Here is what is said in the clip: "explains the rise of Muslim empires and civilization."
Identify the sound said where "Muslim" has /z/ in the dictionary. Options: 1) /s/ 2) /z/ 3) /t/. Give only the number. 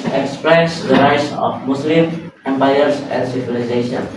1